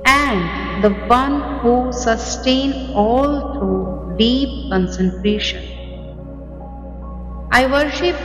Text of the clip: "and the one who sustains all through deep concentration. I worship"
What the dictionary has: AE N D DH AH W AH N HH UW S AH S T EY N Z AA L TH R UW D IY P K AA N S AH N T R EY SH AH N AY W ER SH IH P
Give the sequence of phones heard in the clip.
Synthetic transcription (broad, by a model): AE N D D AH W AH N HH UW S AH S T EY N AA L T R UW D IY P K AA N S AH N T R EY SH AH N AY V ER SH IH P